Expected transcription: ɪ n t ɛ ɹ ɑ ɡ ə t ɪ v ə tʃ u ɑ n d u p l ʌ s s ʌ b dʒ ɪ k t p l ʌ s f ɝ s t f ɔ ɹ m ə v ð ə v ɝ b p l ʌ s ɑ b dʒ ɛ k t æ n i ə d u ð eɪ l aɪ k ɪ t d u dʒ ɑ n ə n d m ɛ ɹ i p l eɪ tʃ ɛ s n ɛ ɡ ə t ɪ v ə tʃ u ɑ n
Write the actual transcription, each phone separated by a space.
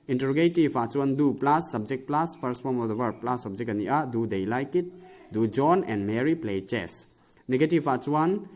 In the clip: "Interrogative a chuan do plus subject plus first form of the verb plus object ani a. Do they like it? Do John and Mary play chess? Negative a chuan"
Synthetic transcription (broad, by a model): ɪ n t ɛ ɹ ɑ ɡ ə t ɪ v ə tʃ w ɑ n d u p l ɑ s s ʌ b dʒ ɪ k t p l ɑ s p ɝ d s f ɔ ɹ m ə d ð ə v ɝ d p l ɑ s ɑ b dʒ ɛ k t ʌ n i ə d u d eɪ l aɪ k ɪ t d u dʒ ɑ n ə n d m ɛ ɹ i p l eɪ tʃ ɛ s n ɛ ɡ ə t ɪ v ə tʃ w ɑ n